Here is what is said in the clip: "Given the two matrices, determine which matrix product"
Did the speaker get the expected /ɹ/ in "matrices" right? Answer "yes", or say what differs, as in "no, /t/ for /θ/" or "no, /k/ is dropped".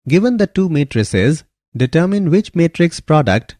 yes